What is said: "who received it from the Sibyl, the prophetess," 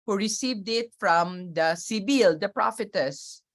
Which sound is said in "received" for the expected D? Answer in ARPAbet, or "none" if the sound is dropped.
D